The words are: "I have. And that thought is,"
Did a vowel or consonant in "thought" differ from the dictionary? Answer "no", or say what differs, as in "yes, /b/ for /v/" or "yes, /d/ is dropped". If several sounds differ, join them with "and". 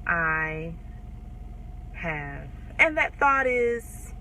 no